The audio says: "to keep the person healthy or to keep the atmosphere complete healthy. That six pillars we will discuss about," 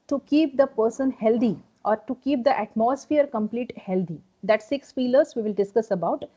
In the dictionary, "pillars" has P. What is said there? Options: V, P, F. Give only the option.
F